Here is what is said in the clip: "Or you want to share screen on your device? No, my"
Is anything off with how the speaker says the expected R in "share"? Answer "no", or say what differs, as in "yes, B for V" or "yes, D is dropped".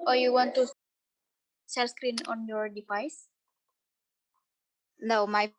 yes, L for R